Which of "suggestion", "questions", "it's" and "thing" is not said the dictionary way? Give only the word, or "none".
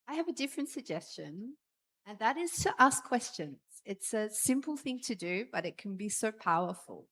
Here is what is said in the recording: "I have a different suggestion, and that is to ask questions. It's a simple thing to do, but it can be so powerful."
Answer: none